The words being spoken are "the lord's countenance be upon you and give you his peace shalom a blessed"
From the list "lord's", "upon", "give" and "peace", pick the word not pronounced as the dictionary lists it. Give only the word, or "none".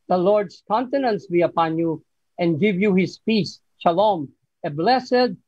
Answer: lord's